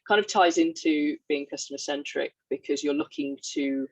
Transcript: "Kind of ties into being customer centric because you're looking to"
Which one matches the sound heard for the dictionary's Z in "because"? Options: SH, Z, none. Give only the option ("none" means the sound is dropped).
Z